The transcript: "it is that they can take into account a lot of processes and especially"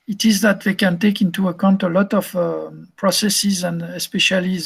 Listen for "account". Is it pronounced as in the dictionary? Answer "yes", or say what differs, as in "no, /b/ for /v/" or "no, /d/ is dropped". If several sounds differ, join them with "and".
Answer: yes